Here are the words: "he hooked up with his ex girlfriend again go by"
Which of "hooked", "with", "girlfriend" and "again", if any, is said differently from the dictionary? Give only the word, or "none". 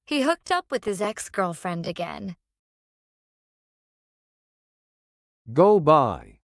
none